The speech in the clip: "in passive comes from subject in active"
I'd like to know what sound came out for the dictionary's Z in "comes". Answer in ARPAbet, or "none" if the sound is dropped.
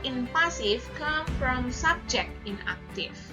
none